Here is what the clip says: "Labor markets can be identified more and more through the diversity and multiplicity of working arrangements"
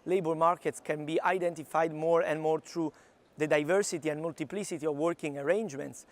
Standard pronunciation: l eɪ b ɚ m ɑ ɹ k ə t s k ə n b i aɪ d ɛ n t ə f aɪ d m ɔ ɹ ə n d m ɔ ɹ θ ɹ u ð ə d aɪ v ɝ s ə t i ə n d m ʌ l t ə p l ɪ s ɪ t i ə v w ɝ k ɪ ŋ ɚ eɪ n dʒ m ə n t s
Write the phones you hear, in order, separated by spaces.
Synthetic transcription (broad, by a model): l eɪ b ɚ m ɑ ɹ k ə t s k ə n b i aɪ d ɛ n t ə f aɪ d m ɔ ɹ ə n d m ɔ ɹ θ ɹ u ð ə d aɪ v ɝ s ə t i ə n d m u l t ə p l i s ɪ t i ə v w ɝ k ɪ ŋ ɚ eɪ n dʒ m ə n t s